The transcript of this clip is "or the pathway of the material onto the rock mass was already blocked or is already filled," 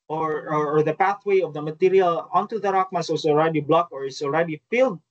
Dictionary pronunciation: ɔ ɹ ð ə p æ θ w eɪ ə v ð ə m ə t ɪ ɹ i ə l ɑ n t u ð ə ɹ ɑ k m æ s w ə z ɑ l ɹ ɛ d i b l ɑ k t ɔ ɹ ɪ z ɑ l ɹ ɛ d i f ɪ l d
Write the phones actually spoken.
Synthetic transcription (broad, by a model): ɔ ɹ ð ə p æ θ w eɪ ə v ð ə m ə t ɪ ɹ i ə l ɑ n t u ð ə ɹ ɑ k m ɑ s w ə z ɑ l ɹ ɛ d i b l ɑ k ɔ ɹ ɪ s ɑ l ɹ ɛ d i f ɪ l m